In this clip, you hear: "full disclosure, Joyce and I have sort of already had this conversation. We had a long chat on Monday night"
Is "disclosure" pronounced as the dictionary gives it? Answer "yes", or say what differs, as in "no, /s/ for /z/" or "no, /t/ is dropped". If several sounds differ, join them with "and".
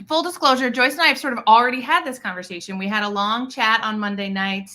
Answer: yes